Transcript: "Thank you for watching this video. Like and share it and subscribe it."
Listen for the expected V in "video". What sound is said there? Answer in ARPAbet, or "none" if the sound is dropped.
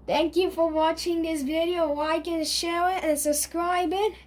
V